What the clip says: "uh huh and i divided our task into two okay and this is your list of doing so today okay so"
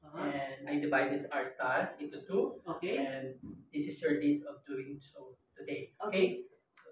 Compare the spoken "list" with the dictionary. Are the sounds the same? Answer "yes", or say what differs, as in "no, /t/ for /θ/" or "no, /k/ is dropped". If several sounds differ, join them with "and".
no, /t/ is dropped